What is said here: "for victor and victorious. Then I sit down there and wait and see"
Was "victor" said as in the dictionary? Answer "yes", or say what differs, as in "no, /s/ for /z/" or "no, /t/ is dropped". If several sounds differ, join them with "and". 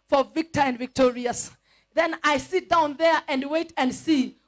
yes